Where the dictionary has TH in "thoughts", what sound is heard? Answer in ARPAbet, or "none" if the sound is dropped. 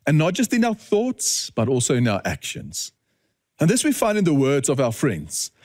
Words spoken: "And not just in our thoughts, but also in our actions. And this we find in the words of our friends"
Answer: TH